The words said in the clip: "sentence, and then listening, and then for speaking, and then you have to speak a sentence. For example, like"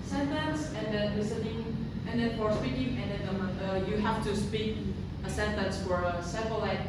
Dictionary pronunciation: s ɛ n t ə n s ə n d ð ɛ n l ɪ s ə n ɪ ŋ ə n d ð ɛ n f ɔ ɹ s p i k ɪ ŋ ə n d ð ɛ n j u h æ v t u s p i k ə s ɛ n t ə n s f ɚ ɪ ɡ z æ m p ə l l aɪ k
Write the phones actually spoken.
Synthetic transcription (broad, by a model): s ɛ n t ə n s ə n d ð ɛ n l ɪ s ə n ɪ ŋ ə n d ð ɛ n f ɔ ɹ s p i k ɪ ŋ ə n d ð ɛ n j u h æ f t u s p i k ə s ɛ n t ə n s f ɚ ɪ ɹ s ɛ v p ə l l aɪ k